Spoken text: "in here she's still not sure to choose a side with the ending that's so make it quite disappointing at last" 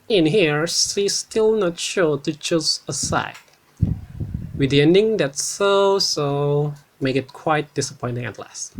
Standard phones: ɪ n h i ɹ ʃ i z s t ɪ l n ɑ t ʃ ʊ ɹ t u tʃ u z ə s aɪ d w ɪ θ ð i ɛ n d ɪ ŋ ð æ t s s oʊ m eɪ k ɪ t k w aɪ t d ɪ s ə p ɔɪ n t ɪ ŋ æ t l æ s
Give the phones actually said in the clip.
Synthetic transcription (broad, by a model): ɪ n h i ɹ s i s t ɪ l n ɑ t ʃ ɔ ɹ t u tʃ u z ə s aɪ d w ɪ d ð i ɛ n d ɪ ŋ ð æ t s s oʊ m eɪ k ɪ t k w aɪ t d ɪ s ə p ɔɪ n t ɪ ŋ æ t l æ s